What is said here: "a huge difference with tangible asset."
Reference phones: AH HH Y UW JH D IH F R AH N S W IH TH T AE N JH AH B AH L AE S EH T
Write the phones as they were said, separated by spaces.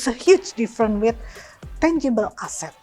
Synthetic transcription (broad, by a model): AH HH Y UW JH D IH F R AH N W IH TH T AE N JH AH B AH L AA S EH T